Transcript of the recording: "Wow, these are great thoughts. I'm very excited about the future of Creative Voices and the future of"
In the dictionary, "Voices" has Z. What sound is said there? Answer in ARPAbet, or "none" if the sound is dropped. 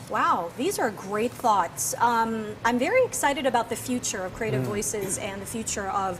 Z